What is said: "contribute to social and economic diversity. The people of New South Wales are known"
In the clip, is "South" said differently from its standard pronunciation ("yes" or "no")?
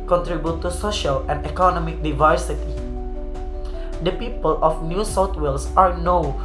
yes